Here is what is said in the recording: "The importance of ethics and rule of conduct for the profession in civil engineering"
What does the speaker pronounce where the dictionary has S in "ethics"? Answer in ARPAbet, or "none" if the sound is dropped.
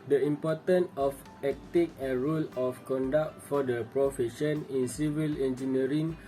none